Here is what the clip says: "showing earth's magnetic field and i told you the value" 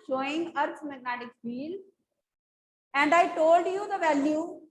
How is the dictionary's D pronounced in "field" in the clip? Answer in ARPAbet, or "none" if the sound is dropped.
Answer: none